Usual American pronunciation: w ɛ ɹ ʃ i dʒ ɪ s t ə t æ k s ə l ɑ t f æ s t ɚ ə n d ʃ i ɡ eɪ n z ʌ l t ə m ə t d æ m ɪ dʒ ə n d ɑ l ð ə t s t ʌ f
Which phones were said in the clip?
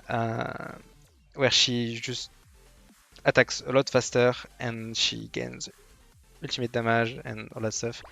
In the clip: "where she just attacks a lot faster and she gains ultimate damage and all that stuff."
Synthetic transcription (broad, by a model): w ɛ ɹ ʃ i ʒ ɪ s t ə t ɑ k s ə l ɑ t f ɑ s t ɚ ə n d ʃ i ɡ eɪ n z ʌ l t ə m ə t d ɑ m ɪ ʒ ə n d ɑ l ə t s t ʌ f